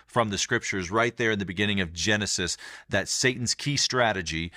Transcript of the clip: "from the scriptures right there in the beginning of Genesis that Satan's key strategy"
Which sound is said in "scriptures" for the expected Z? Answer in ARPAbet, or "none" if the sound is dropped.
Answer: Z